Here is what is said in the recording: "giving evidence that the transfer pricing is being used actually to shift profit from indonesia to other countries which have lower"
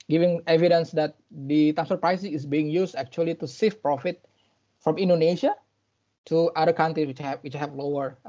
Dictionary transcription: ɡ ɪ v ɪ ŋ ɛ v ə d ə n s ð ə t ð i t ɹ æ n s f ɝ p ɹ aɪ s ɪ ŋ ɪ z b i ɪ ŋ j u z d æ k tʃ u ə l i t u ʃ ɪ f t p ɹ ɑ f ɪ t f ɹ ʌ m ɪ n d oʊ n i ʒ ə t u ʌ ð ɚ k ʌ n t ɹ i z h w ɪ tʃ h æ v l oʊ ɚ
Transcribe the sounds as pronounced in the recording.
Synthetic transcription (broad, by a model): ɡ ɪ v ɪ ŋ ɛ v ə d ə n s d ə t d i t æ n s ɝ p ɹ aɪ s ɪ ŋ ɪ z b i ɪ ŋ j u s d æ k tʃ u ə l i t u s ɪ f p ɹ ɑ f ɪ t f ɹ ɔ m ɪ n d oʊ n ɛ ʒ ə t u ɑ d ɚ k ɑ n t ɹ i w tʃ w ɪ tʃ h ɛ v l oʊ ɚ